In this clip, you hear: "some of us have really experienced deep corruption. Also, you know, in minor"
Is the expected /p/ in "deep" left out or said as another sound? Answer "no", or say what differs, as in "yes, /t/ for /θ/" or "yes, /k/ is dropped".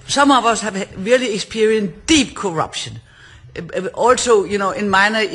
yes, /b/ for /p/